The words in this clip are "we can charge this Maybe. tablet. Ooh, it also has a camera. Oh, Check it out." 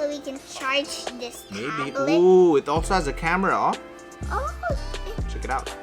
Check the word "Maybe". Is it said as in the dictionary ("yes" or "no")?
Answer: no